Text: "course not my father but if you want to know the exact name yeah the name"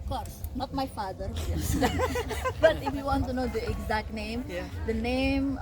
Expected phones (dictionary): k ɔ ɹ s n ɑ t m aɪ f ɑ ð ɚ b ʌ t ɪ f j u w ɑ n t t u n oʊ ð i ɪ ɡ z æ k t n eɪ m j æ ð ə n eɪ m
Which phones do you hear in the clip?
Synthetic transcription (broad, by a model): k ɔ ɹ s n ɑ t m aɪ f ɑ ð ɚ b ʌ t ɪ f j u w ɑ n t t u n oʊ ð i ɪ ɡ z æ k t n eɪ m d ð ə n eɪ m